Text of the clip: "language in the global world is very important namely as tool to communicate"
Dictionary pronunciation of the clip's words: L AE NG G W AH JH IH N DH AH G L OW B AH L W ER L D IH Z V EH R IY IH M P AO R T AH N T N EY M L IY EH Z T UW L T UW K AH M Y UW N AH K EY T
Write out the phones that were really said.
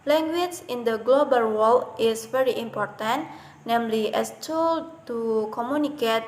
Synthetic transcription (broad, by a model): L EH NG G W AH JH IH N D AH G L OW B AH L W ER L IH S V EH R IY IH M P AO R T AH N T N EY M L IY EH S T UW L T UW K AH M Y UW N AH K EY T